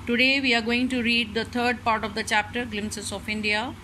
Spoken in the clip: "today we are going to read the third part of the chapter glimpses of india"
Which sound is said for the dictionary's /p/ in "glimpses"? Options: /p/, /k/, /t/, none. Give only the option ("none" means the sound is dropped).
none